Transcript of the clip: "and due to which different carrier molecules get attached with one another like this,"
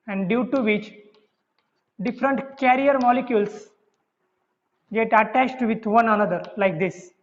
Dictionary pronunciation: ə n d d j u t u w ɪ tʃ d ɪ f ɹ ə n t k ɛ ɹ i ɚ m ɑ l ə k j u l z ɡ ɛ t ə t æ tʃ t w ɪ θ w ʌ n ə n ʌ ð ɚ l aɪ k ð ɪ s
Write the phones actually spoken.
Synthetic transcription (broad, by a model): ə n d d j u t u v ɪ tʃ d ɪ f ɹ ə n t k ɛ ɹ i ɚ m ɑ l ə k j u l s ɡ ɛ t ə t æ tʃ t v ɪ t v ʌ n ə n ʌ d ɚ l aɪ k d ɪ s